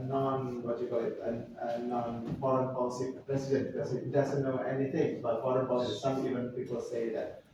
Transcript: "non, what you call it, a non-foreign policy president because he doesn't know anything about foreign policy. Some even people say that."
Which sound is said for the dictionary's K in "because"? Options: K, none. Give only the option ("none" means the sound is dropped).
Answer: none